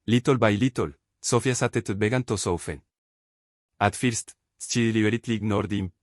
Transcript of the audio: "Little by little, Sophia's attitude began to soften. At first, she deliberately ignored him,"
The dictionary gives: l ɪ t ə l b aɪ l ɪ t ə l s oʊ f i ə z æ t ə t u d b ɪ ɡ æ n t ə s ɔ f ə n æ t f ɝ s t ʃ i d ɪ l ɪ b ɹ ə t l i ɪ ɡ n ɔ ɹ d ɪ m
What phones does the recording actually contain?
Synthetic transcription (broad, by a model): l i t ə l b aɪ l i t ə l s oʊ f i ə s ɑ t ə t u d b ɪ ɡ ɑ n t ə s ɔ f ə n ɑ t f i s t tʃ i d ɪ l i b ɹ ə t l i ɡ n ɔ ɹ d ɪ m